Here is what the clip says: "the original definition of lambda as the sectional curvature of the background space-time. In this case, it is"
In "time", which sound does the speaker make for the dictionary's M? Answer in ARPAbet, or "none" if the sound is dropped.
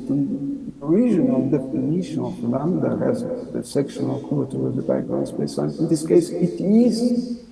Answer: none